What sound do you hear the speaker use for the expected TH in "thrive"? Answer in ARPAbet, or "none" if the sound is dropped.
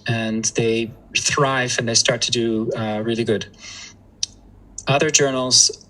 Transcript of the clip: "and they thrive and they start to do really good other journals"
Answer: TH